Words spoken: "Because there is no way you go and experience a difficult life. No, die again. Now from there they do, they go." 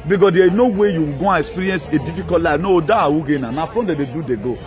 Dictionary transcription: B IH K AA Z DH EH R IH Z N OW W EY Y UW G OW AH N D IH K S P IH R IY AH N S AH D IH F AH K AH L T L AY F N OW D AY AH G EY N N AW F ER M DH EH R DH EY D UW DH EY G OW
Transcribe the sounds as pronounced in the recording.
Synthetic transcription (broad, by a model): B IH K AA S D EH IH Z N OW W EY Y UW G OW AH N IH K S P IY R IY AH N S AH D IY F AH K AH T L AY N OW D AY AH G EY N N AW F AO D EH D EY D UW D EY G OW